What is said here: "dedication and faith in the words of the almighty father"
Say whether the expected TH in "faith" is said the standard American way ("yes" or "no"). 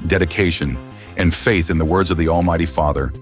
yes